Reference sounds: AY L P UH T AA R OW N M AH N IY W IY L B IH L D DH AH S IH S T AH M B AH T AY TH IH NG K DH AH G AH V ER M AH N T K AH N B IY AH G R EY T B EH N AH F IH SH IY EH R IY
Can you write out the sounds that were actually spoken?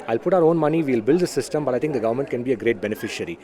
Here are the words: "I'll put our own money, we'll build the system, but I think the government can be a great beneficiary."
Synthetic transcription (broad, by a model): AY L P UH T AA R OW N M AH N IY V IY L B IH L D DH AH S IH S T AH M B AH T AY T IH NG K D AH G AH V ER M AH N T K AH N B IY AH G R EY T B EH N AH F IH SH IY R IY